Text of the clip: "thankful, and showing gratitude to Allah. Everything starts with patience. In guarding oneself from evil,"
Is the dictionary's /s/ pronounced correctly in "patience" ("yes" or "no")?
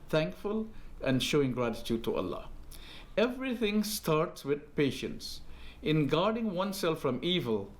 yes